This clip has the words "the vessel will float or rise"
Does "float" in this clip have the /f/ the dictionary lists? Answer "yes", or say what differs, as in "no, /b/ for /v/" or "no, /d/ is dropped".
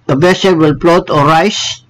no, /p/ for /f/